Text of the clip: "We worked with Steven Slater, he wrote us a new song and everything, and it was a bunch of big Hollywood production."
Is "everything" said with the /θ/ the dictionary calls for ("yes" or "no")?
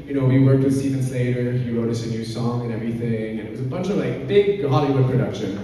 yes